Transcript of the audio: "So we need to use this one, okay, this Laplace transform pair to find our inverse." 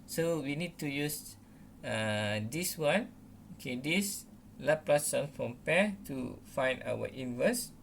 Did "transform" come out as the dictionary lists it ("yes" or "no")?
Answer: no